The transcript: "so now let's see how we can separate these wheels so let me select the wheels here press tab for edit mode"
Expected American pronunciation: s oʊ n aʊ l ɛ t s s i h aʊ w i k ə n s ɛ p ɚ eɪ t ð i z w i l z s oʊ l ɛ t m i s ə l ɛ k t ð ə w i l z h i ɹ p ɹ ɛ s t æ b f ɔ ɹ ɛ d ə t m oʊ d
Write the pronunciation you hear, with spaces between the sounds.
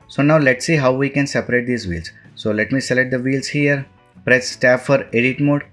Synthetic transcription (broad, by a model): s oʊ n aʊ l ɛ t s s i h aʊ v i k ə n s ɛ p ɚ eɪ t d i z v i l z s oʊ l ɛ t m i s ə l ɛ t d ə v i l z h i ɹ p ɹ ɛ s t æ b f ɔ ɹ ɛ d ə t m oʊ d